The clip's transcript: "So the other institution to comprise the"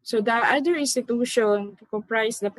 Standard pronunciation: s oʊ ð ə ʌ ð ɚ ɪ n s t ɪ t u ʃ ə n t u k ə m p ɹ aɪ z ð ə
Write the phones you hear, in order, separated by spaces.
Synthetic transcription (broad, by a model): s oʊ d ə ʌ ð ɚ ɪ n s t ɪ t u ʃ ə n t u k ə m p ɹ aɪ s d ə